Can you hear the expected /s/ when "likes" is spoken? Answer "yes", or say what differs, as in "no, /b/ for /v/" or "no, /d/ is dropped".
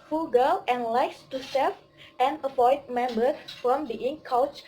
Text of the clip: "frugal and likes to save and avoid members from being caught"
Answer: yes